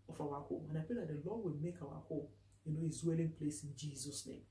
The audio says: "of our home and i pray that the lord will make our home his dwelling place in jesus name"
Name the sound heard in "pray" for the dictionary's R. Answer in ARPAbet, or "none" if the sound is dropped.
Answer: none